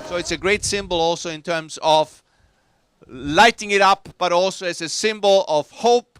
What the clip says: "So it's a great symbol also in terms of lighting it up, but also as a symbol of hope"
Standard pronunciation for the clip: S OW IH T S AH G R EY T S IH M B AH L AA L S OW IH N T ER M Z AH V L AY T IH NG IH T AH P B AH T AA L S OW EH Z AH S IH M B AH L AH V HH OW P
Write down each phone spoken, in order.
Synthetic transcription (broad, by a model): S OW IH T S AH G R EY T S IH M B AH L AA L S OW IH N T ER M Z AH V L AY T IH NG IH T AH P B AH T AA L S OW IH S AH S IH M B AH L AH V HH OW P